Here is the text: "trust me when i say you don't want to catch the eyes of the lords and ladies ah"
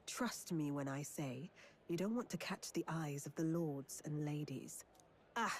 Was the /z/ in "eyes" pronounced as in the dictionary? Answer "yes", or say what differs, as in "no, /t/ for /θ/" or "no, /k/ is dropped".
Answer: yes